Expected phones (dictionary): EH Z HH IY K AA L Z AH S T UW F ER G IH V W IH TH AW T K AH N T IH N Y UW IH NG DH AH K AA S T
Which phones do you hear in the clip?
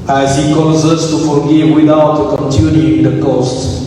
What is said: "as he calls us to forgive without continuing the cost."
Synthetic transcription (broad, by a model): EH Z HH IY K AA Z AH S T UW F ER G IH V W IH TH AW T K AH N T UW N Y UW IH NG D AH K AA S T